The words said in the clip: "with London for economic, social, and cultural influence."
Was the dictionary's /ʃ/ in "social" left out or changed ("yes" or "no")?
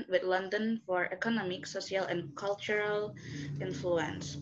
yes